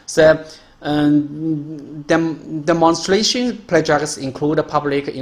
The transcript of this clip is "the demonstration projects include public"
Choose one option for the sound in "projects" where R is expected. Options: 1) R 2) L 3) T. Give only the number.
2